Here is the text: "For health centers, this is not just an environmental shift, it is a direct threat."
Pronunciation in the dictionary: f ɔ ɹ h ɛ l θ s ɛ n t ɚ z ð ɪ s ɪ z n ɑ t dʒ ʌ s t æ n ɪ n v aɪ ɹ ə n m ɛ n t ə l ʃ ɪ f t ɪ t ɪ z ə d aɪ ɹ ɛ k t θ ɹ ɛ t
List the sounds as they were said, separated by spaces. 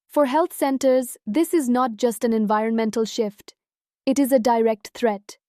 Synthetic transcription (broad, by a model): f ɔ ɹ h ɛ l t s ɛ n t ɚ z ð ɪ s ɪ z n ɑ t dʒ ʌ s t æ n ɪ n v aɪ ɹ ə n m ɛ n t ə l ʃ ɪ f t ɪ t ɪ z ə d aɪ ɹ ɛ k t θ ɹ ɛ t